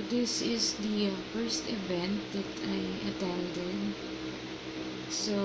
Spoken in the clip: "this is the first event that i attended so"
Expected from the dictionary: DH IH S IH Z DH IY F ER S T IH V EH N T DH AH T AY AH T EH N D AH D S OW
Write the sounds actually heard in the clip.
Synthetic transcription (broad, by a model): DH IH S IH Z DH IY F ER S T IH V EH N T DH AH T AY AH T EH L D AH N S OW